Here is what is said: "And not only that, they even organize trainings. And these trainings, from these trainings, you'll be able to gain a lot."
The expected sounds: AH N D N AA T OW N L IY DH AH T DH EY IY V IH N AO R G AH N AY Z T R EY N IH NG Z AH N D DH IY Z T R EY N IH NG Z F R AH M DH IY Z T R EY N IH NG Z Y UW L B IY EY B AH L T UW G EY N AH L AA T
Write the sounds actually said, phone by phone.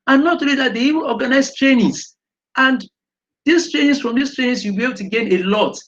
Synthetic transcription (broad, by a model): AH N N AA T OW L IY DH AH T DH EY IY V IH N AO G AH N AY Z T R EY N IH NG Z AH N D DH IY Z T R EY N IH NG S F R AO M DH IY S T R EY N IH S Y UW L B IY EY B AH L T UW G EY N AH L AA T